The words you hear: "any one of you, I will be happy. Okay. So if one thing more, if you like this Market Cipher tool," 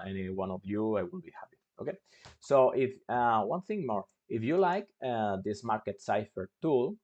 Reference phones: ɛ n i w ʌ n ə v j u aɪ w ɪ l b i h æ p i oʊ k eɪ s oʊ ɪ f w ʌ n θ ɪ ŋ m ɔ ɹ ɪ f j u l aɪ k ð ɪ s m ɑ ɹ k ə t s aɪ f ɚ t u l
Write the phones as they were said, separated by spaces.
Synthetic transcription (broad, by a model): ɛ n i w ʌ n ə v j u aɪ w ɪ l b i h æ p i oʊ k eɪ s oʊ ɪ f w ʌ n θ ɪ ŋ m ɔ ɹ ɪ f j u l aɪ k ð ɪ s m ɑ ɹ k ə t s aɪ f ɚ t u l